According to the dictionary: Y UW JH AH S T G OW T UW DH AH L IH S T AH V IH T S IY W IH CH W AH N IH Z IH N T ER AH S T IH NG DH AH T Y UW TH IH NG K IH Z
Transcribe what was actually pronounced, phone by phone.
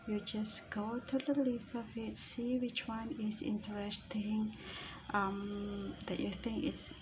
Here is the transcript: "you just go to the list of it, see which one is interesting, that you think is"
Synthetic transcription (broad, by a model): Y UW JH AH S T G OW T UW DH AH L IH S AH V IH T S IY W IH CH W AH N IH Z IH N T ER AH S T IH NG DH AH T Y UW TH IH NG K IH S